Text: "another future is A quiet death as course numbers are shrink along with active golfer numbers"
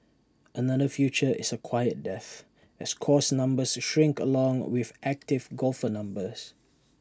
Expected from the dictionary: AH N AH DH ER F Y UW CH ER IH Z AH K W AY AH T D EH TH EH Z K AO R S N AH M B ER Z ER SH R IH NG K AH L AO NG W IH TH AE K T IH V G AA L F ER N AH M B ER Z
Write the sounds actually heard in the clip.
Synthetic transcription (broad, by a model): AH N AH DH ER F Y UW CH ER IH S AH K W AY AH T D EH TH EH S K AO S N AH M B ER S SH R IH NG K AH L AO NG W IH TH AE K T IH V G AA L F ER N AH M B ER S